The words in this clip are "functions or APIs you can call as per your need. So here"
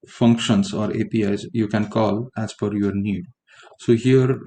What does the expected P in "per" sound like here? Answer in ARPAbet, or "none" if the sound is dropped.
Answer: F